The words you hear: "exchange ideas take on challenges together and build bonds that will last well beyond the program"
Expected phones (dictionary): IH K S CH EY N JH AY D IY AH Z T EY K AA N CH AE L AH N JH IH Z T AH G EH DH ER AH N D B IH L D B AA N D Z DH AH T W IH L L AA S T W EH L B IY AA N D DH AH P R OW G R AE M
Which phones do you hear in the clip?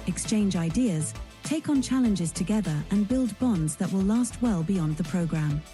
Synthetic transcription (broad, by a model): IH K S CH EY N JH AY D IY AH Z T EY K N CH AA L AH N JH IH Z T AH G EH DH ER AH N B IH L D B AA N D Z DH AH T W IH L L AA S T W EH L B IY AA N DH AH P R OW G R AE M